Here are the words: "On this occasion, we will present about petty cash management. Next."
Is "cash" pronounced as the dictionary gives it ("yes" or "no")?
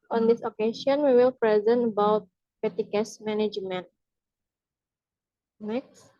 no